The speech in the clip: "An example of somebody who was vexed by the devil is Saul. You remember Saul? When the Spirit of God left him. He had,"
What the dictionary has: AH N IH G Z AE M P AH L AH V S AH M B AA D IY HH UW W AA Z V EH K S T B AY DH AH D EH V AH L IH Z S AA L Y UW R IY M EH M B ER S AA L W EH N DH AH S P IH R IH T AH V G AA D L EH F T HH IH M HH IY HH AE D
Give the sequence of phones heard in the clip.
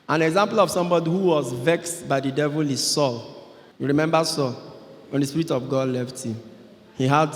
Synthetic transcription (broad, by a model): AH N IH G Z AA M P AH L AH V S AH M B AA D IY HH UW W AA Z V EH K S T B AY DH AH D EH V AH L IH S AA L Y UW R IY M EH M B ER S AA L W EH N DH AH S P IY R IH T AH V G AA D L EH F T HH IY M HH IY HH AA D